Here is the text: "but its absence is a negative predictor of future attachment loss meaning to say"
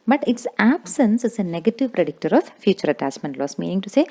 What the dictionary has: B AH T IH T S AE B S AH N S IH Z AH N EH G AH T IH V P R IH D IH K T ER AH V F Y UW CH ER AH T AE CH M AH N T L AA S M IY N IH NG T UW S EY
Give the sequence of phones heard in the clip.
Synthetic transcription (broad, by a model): B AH T IH T S AE B S AH N S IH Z AH N EH G AH T IH V P R IH D IH K T ER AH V F Y UW CH ER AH T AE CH M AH N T L AA S M IY N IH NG T UW S EY